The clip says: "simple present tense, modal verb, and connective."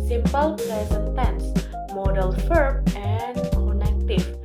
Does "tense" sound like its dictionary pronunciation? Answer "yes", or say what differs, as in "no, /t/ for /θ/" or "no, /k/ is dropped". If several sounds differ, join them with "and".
yes